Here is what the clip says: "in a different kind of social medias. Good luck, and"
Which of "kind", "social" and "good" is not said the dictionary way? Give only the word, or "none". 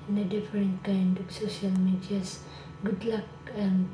none